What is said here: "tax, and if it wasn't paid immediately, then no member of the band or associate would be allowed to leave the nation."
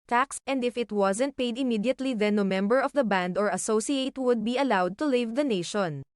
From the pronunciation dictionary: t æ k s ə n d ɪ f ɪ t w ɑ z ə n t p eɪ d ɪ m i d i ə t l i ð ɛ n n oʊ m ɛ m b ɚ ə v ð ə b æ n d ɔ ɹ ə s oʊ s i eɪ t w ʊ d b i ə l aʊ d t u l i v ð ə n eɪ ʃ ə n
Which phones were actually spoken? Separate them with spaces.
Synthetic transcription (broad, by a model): t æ k s ə n d ɪ f ɪ t w ɑ z ə n t p eɪ d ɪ m i d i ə t l i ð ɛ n n oʊ m ɛ m b ɚ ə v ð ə b æ n d ɔ ɹ ə s oʊ s i eɪ t w ʊ d b i ə l aʊ d t u l i v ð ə n eɪ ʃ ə n